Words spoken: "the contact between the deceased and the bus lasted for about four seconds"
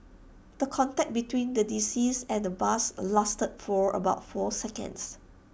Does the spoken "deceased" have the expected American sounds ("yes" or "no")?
no